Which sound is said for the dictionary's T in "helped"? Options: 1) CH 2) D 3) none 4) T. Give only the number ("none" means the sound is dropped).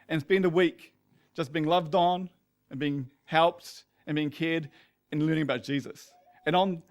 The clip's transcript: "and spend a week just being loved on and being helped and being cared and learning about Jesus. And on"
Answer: 4